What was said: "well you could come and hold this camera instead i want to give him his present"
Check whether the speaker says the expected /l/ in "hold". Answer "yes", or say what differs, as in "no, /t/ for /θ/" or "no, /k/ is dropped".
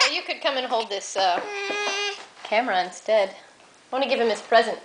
yes